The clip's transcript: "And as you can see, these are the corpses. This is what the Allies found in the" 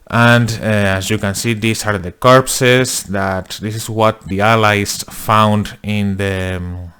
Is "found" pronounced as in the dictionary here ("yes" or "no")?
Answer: yes